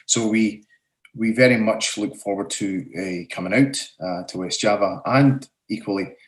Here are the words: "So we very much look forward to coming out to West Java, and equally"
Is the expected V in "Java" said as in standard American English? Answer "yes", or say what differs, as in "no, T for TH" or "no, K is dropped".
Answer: yes